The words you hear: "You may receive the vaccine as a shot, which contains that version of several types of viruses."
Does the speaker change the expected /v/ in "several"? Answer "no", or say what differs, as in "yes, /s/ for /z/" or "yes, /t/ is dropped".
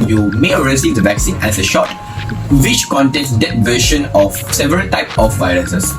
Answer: no